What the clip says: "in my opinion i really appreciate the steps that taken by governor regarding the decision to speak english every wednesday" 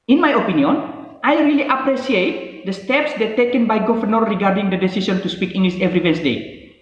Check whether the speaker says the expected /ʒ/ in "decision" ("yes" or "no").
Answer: no